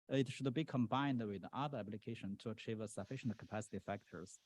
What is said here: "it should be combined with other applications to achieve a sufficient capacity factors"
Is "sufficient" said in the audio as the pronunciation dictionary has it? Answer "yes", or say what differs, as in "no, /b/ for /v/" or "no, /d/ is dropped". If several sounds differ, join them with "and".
yes